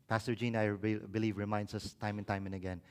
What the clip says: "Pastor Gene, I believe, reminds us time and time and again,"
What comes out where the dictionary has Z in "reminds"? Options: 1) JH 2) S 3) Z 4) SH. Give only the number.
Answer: 2